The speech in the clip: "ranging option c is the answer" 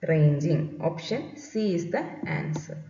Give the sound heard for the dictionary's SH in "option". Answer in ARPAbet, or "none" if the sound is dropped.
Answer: SH